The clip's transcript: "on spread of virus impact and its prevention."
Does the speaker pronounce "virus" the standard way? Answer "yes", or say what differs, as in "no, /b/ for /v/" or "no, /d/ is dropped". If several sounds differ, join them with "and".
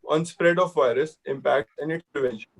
yes